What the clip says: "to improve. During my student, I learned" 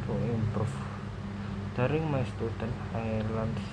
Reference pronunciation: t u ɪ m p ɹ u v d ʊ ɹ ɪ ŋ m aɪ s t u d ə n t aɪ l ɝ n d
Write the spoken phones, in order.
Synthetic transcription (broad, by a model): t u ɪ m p ɹ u f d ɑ ɹ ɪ ŋ m aɪ s t u d ə n t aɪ l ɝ n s